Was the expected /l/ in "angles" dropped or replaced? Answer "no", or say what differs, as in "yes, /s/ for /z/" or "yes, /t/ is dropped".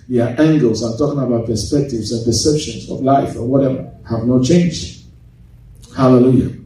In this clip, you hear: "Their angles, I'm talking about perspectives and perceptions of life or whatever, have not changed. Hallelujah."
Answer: no